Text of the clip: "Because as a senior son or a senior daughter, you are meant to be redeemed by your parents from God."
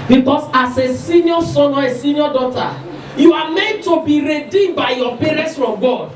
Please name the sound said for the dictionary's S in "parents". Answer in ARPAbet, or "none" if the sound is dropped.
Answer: S